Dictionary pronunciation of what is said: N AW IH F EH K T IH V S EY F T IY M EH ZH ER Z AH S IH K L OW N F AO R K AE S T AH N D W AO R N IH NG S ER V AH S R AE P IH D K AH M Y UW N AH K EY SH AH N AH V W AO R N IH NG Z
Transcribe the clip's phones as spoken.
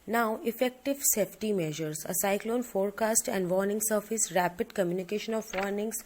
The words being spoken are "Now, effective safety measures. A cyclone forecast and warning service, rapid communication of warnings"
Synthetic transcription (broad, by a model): N AW IH F EH K T IH V S EY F T IY M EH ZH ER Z AH S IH K L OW N F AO R K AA S T AH N D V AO R N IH NG S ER F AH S R AE P IH D K AH M Y UW N AH K EY SH AH N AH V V AO R N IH NG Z